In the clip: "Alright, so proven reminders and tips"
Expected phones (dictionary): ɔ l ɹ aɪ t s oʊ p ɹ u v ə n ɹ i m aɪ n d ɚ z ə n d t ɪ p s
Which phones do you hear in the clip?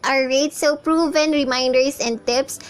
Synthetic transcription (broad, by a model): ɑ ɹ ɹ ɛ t s oʊ p ɹ u v ə n ɹ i m aɪ n d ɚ s ə n d t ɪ p s